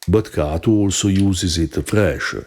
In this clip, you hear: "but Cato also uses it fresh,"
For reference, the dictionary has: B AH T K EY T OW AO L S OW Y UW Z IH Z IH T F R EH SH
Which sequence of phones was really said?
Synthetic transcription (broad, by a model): B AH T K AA T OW AO L S OW Y UW Z IH Z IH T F R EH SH